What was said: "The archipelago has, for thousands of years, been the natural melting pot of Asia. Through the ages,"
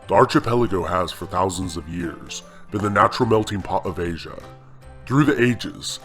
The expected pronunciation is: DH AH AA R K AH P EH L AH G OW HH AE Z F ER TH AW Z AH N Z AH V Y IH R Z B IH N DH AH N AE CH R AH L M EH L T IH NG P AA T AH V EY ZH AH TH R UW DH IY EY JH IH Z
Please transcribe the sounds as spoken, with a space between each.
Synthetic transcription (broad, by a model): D AA R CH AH P EH L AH G OW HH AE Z F ER TH AW Z AH N Z AH V Y IH R Z B IH N DH AH N AE CH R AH L M EH L T IH NG P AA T AH V EY ZH AH TH R UW DH IY EY JH IH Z